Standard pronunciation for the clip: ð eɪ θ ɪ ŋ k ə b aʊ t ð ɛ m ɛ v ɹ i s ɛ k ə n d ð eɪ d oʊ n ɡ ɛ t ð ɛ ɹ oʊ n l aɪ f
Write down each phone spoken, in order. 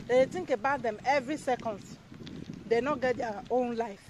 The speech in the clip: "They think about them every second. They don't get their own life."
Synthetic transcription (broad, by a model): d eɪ t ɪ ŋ k ə b aʊ t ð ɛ m ɛ v ɹ i s ɛ k ə n d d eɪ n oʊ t ɡ ɛ t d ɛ oʊ n l aɪ f